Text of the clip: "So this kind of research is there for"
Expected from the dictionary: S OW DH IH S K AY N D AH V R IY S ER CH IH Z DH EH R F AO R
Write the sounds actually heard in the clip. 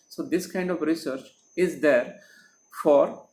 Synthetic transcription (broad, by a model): S OW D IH S K AY N D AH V R IY S ER CH IH Z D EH R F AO R